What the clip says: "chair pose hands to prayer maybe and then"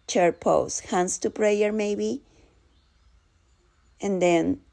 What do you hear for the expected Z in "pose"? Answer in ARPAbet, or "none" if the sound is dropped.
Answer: S